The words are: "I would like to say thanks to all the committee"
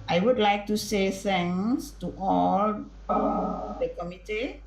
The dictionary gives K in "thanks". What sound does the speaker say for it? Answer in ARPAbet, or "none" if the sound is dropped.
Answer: none